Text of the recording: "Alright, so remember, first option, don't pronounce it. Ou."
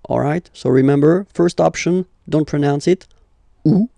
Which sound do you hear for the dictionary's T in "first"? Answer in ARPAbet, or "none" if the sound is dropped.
T